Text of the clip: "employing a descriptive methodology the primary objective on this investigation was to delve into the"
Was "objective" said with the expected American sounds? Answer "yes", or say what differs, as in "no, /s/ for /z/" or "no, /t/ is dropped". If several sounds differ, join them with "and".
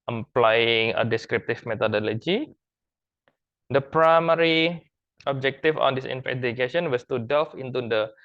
no, /f/ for /v/